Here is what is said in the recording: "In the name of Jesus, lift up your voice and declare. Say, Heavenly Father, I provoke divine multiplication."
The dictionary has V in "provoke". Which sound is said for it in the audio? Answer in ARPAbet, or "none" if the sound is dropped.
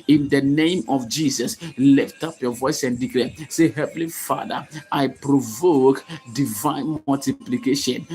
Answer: V